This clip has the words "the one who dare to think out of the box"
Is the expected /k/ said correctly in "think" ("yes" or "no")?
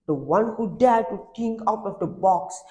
no